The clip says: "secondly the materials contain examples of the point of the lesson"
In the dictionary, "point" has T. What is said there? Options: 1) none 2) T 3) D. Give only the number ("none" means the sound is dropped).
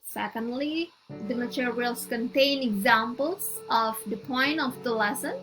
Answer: 1